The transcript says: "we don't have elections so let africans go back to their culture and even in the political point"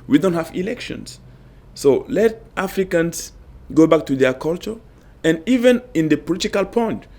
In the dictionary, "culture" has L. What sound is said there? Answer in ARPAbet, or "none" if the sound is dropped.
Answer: L